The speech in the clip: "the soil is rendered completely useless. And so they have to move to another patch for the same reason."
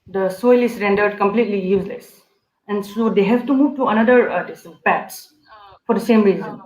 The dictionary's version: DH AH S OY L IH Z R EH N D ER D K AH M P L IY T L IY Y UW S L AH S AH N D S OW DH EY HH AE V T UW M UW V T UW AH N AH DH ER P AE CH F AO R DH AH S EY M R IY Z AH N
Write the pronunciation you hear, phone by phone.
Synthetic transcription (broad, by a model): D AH S OY L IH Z R EH N D ER D K AH M P L IY T L IY Y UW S L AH S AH N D S OW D EY HH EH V T UW M UW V T UW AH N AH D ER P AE S F AO R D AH S EY M R IY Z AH N